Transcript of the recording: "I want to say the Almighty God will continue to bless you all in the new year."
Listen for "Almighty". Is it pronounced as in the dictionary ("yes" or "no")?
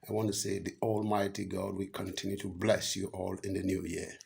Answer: yes